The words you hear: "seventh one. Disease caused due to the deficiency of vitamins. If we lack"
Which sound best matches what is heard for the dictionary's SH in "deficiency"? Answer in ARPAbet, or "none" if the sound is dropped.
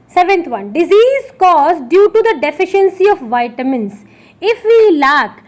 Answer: SH